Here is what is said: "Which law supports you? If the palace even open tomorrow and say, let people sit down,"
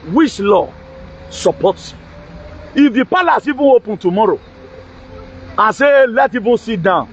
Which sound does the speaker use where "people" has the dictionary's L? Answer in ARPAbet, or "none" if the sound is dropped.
N